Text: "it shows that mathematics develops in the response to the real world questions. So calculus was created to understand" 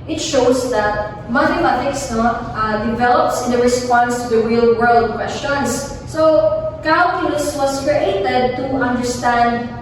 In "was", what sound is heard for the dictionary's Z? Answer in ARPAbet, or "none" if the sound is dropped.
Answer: S